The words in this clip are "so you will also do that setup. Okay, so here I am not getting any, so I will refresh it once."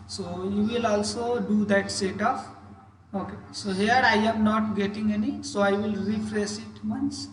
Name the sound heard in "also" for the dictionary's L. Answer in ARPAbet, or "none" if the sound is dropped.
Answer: L